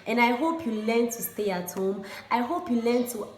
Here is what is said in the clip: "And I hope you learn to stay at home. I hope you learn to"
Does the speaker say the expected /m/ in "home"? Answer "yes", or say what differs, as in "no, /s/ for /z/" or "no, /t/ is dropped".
yes